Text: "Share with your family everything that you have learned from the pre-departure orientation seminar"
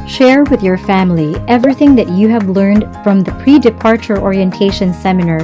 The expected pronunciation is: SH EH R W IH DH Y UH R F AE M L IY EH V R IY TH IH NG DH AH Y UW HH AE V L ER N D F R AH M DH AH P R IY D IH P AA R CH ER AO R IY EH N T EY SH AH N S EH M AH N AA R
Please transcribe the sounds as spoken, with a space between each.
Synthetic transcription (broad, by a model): SH EH R W IH DH Y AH R F AE M L IY EH V R IY TH IH NG DH AH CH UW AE V L ER N D F R AH M DH AH P R IY D IH P AA R CH ER AO R IY EH N T EY SH AH N S EH M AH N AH R